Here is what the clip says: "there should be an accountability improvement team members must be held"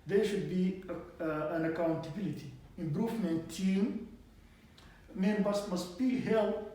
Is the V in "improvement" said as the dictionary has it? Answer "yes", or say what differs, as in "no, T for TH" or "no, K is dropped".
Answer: no, F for V